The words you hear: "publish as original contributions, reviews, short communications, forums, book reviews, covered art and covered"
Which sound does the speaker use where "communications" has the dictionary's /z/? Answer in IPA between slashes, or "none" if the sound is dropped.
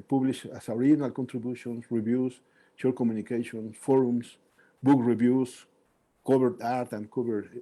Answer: /s/